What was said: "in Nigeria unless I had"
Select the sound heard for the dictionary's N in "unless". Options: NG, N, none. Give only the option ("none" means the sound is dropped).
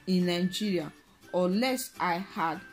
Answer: none